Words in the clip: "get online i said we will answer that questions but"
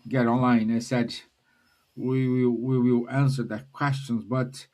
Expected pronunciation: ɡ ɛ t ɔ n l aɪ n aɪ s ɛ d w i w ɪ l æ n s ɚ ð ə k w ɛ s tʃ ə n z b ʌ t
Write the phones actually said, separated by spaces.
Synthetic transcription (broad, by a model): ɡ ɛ t ɔ n l aɪ n aɪ s ɛ d w i w ɪ l æ n s ɚ ð ə k w ɛ s tʃ ə n z b ʌ t